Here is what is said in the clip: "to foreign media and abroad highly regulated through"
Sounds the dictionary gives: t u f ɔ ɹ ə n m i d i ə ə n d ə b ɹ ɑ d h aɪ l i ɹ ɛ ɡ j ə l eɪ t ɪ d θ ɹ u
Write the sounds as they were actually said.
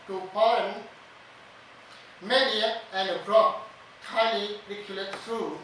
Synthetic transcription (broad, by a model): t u p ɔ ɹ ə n m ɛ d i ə ə n d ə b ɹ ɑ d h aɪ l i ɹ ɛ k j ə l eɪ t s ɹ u